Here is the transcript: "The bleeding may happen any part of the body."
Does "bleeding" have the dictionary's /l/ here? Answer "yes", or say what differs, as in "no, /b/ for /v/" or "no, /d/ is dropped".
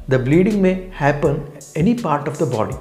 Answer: yes